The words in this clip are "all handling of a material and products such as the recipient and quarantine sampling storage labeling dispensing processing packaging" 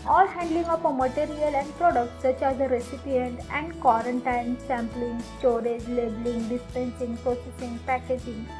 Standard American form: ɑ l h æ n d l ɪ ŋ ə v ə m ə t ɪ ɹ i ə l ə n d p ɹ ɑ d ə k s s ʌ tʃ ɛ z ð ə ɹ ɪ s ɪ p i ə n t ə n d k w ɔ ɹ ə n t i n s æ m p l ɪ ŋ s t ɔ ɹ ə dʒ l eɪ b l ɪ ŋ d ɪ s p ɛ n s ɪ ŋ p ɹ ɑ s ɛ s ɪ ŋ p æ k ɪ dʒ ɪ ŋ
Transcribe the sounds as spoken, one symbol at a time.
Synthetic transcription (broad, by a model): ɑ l h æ n d l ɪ ŋ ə p ə m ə t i ɹ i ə l ə n d p ɹ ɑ d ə k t s ʌ tʃ ɛ z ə ɹ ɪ s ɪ p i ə n t ə n d k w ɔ ɹ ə n t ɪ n s æ m p l ɪ ŋ s t ɔ ɹ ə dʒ l eɪ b l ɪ ŋ d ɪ s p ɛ n s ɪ ŋ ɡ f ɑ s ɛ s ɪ ŋ p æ k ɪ dʒ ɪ ŋ